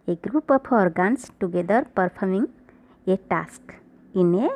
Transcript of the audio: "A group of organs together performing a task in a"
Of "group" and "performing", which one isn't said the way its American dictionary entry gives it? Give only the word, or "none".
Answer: performing